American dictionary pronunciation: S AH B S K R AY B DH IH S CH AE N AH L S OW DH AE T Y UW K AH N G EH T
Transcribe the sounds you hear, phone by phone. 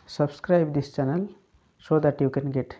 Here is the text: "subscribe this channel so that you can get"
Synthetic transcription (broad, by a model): S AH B S K R AY B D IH S CH AE N AH L S OW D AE T Y UW K AH N G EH T